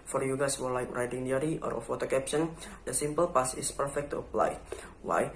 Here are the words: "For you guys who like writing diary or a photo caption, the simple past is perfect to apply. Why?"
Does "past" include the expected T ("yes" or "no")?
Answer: no